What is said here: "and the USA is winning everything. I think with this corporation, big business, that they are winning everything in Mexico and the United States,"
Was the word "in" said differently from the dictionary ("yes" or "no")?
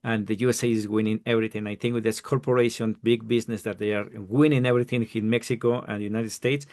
yes